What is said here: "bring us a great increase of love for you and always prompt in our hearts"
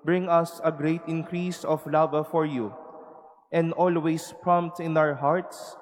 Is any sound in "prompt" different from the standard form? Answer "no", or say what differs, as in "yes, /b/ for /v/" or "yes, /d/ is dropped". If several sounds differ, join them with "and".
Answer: no